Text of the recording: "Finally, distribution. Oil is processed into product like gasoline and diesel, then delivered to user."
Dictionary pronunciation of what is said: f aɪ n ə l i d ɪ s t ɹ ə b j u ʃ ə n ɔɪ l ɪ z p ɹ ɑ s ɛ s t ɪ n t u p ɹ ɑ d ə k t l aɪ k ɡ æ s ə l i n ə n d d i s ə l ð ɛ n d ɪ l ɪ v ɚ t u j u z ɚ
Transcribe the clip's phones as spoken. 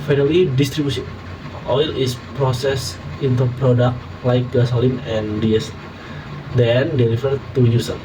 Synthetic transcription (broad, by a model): f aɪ n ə l i d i s t ɹ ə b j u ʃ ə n ɔɪ l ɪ s p ɹ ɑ s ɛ s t ɪ n t u p ɹ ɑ d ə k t l aɪ k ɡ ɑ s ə l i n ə n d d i ə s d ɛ n d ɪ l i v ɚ t u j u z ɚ